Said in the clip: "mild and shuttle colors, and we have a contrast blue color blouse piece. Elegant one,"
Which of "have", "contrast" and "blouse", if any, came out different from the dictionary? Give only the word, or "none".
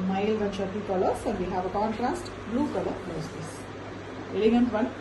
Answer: blouse